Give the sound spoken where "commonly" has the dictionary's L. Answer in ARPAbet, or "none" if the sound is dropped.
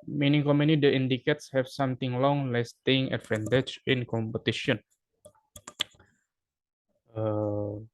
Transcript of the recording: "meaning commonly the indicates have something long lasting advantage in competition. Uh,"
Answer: none